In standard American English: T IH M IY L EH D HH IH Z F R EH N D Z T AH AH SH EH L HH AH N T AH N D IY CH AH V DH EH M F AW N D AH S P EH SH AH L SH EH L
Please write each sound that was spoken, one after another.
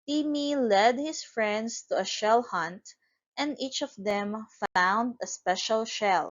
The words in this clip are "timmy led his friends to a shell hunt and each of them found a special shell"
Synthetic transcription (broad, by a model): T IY M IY L EH D HH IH S F R EH N D S T AH AH SH EH L HH AH N T AH N D IY CH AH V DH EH M F AW N D AH S P EH SH AH L SH EH L